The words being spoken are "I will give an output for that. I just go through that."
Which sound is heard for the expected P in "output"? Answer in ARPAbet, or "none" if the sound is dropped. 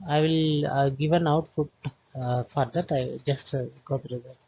F